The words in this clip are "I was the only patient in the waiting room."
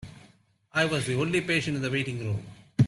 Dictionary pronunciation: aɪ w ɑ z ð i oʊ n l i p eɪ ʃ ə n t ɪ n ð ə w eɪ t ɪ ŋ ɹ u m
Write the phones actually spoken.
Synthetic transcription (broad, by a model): aɪ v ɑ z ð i oʊ l i p eɪ ʃ ə n t ɪ n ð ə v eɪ t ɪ ŋ ɹ u m